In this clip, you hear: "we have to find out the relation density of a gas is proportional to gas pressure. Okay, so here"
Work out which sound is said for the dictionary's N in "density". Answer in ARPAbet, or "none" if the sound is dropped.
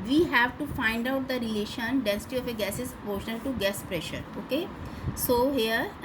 N